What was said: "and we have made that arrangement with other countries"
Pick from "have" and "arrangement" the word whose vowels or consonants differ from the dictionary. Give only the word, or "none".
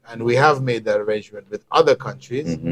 none